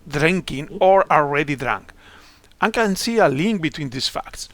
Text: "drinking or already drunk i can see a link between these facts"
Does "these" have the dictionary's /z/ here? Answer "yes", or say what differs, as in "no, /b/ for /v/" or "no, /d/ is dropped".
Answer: no, /s/ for /z/